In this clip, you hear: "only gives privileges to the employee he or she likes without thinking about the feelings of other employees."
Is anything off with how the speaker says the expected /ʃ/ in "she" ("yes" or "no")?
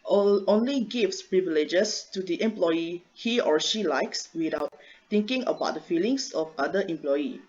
no